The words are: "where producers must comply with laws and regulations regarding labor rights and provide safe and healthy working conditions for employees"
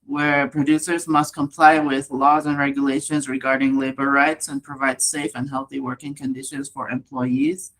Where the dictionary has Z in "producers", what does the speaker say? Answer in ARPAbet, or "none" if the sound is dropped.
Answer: Z